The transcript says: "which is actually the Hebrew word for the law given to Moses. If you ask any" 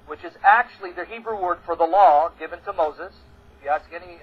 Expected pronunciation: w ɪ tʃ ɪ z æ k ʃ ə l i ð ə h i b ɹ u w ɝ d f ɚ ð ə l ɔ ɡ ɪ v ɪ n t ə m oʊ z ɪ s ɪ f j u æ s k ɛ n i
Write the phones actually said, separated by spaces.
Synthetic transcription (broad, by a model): w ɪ tʃ ɪ z æ k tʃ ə l i ð ə h i b ɹ u w ɝ d f ɚ ð ə l ɔ ɡ ɪ v ɪ n t ə m oʊ z ɪ s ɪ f j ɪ æ s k ɛ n i